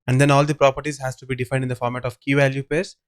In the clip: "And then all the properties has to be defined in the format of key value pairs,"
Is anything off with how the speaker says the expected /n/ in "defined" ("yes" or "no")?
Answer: yes